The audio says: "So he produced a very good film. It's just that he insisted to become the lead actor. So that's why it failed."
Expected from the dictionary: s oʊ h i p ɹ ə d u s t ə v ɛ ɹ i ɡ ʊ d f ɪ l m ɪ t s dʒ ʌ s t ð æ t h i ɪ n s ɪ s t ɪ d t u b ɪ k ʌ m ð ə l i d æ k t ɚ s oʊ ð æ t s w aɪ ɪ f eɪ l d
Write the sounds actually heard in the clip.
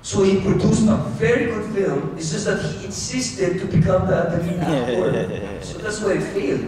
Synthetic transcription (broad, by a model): s oʊ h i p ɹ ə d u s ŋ ə v ɛ ɹ i ɡ ʊ d f ɪ l m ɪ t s dʒ ʌ s t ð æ t h i ɪ n s ɪ s t ɪ d t u b ɪ k ʌ m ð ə n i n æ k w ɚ s oʊ ð æ t s w aɪ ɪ f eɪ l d